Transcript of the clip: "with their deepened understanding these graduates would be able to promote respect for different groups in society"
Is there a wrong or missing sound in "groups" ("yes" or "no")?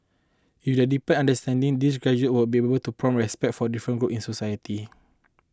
yes